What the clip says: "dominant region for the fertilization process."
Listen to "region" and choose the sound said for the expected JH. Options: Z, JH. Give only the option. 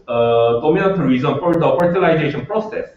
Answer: Z